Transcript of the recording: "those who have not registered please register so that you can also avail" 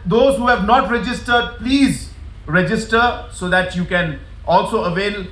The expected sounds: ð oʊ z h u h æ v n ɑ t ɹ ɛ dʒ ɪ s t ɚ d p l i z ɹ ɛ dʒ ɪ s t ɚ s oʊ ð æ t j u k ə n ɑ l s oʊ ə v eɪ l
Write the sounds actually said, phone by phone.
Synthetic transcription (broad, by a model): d oʊ z h u h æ v n ɑ t ɹ ɛ dʒ ɪ s t ɚ d p l i z ɹ ɛ dʒ ɪ s t ɚ s oʊ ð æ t j u k ə n ɑ l s oʊ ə v eɪ l